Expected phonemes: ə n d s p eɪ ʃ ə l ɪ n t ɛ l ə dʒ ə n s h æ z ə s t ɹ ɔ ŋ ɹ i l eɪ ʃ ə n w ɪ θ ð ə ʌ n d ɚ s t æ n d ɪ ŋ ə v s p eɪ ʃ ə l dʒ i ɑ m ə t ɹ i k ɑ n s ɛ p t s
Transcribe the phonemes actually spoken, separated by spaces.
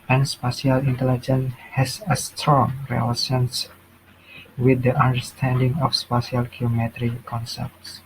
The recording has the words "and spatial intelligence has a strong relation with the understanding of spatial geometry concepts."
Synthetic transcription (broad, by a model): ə n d s p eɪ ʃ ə l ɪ n t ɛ l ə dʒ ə n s h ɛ s ə s t ɹ ɔ ŋ ɹ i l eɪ s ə n w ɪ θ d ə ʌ n d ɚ s t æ n d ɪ ŋ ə f s p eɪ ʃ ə l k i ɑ m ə t ɹ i k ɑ n s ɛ p t s